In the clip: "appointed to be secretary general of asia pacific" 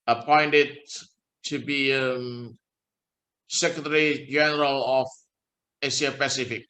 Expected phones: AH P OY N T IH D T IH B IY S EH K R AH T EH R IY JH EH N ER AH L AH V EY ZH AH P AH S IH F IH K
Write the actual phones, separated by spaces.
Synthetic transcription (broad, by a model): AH P OY N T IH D T IH B IY S EH K R AH T EH R IY JH EH N ER AH L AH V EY S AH P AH S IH F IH K